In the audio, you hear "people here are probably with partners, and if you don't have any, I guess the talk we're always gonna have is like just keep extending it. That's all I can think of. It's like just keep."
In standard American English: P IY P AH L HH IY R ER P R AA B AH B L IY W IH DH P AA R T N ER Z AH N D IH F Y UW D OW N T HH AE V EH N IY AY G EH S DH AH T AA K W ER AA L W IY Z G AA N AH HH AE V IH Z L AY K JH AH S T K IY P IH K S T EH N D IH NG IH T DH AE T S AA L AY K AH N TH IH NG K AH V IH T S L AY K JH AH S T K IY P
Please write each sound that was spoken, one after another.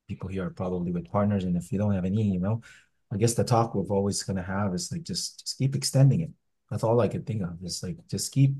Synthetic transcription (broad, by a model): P IY P L HH IY R ER P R AA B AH B L IY W IH DH P AA R T N ER Z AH N IH F Y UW D OW N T HH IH V EH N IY AY G EH S DH AH T AA K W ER AA L W IY Z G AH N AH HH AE V IH Z L AY K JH AH S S K IY P IH K S T EH N D IH NG IH T DH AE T S AA L AY K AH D TH IH NG K AH V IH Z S L AY K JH AH S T K IY P